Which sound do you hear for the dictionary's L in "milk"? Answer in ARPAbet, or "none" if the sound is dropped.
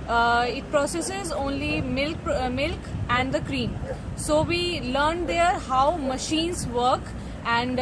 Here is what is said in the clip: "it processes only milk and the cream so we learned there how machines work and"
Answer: L